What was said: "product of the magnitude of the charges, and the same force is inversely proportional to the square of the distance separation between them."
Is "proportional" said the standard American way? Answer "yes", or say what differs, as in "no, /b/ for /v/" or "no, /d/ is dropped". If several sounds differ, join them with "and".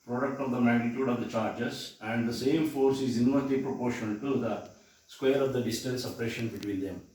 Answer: no, /n/ is dropped and /n/ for /l/